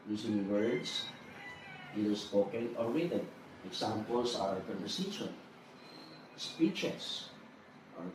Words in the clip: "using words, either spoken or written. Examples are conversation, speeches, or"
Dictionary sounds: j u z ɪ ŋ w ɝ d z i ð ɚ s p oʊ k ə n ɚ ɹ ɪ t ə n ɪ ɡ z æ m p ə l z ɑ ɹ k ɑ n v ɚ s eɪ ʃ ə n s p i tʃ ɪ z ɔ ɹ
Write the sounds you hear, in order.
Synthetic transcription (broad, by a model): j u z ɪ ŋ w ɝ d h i ɚ s p oʊ k ə n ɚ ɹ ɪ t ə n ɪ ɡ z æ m p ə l s ɑ ɹ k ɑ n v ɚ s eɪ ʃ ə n s p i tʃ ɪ s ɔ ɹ